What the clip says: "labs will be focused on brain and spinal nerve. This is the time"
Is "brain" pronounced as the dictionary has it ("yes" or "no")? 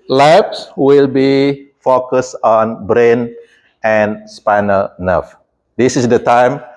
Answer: yes